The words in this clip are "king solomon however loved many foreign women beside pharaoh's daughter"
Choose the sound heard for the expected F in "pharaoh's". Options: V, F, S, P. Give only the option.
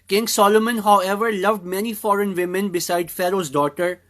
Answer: F